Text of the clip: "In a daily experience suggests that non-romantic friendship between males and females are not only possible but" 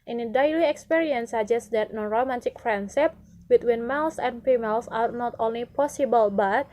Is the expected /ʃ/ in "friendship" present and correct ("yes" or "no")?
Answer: no